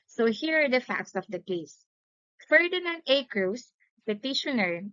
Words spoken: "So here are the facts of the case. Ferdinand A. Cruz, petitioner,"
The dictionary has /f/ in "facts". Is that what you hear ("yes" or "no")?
yes